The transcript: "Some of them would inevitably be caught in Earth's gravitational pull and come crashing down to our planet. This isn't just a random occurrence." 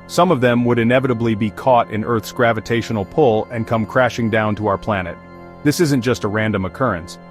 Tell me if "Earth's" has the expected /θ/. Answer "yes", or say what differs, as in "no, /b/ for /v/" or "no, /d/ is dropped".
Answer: yes